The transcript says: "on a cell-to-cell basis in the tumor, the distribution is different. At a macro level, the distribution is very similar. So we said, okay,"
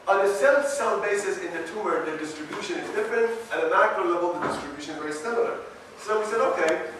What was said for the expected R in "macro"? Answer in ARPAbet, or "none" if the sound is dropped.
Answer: R